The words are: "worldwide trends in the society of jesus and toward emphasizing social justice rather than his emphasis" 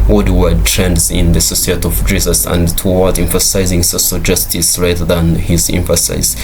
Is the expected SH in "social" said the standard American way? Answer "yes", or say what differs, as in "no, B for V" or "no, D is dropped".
no, S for SH